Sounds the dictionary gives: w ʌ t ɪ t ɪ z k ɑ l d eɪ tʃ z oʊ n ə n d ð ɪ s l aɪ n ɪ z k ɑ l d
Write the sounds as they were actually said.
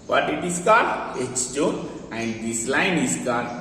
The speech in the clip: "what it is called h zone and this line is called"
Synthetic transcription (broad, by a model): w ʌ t ɪ t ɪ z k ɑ d eɪ tʃ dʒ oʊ ə n d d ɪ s l aɪ n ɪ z k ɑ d